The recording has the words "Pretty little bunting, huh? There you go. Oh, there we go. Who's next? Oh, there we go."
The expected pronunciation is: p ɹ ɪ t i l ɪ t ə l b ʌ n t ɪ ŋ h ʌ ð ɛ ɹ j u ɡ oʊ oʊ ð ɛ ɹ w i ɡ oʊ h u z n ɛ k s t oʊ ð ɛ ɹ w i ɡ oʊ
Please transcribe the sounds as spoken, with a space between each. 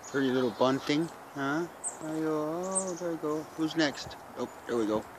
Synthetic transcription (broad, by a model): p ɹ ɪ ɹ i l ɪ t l b ʌ n t ɪ ŋ h ʌ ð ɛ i ɡ oʊ oʊ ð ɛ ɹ w i ɡ oʊ h u z n ɛ k s t oʊ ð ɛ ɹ w i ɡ oʊ